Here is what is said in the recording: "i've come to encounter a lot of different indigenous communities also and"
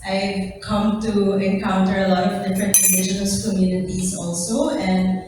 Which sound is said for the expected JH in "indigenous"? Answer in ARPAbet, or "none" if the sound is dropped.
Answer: SH